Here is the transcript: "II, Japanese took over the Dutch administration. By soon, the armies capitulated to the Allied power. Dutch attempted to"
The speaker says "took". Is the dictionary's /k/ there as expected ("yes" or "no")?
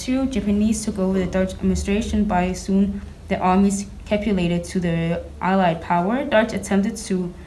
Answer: yes